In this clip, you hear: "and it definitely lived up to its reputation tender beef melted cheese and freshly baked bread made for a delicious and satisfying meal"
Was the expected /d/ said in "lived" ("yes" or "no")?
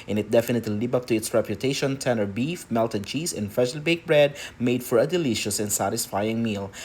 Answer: no